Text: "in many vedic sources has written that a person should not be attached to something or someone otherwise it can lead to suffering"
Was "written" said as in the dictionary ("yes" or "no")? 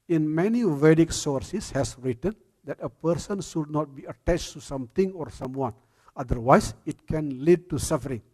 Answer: yes